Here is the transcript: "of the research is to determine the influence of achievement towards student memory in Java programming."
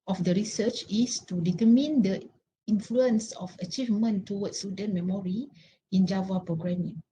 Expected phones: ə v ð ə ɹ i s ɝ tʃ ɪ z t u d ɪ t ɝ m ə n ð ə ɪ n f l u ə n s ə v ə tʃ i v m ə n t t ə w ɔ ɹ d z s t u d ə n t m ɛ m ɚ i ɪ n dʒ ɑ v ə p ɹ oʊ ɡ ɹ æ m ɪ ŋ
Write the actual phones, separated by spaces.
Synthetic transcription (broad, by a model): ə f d ə ɹ i s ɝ tʃ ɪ s t u d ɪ t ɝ m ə n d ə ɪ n f l u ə n s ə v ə tʃ i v m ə n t t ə w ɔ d s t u d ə n m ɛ m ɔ i ɪ n dʒ ɑ v ə p ɹ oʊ ɡ ɹ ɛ m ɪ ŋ